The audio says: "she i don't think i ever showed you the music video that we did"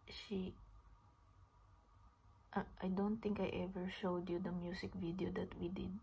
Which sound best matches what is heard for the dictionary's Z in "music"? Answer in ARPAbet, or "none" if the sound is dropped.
S